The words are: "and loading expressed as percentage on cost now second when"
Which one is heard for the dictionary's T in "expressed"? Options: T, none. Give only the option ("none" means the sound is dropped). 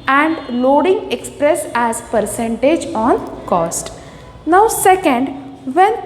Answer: none